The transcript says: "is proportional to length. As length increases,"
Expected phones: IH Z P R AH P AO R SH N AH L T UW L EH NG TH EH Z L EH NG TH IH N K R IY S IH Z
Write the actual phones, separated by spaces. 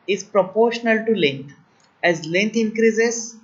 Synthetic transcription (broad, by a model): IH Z P R AH P AO R SH N AH L T UW L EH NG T EH Z L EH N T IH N K R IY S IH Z